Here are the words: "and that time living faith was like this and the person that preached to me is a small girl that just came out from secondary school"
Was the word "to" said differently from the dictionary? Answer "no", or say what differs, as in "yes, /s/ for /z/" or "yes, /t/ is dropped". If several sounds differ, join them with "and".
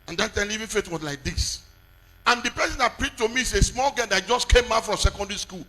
no